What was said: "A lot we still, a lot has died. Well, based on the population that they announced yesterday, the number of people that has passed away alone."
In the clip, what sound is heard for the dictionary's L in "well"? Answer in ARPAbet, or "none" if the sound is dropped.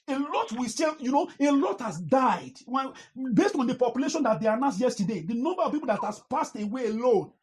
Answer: N